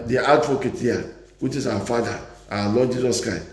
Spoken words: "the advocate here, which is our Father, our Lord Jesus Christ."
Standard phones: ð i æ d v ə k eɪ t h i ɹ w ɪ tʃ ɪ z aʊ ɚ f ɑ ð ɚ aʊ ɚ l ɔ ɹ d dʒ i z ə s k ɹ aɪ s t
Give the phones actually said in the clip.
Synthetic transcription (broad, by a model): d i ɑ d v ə k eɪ t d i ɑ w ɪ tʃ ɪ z aʊ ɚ f ɑ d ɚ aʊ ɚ l ɔ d dʒ i z ə s k ɹ aɪ s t